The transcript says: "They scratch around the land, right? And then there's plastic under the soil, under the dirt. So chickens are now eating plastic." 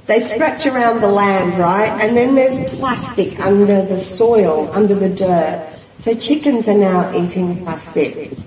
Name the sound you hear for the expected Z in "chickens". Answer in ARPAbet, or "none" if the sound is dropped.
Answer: Z